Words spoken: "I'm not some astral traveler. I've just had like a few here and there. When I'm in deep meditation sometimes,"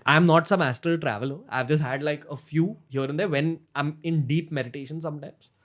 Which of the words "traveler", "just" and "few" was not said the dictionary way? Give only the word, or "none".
none